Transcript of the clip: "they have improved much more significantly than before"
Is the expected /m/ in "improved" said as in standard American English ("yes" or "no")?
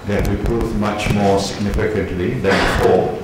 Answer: no